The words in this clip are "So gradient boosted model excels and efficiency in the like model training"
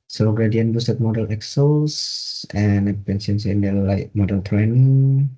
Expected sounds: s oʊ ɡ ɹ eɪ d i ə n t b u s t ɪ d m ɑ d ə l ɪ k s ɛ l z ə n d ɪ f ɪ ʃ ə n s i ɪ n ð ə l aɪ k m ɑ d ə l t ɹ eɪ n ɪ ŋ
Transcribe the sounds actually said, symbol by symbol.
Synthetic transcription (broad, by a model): s oʊ ɡ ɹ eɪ d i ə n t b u s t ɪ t m ɑ d ə l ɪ k s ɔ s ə n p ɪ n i ə n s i ɪ n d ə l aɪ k m ɑ d ə l t ɹ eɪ n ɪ ŋ